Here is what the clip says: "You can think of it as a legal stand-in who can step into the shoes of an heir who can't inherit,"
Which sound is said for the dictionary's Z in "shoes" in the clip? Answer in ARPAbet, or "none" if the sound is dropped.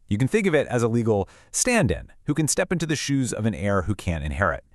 Z